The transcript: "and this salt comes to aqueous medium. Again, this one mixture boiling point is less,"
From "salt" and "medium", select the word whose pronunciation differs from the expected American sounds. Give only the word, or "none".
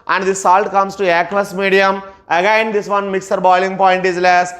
none